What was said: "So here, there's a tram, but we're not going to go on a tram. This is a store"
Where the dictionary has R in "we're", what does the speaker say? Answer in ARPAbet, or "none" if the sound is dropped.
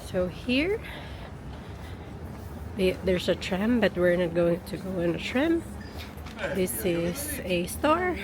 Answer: R